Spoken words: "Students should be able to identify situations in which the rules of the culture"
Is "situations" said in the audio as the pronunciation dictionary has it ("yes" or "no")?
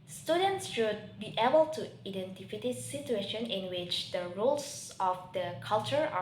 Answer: no